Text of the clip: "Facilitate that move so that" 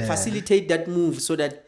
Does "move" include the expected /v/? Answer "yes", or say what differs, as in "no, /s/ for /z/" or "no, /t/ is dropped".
yes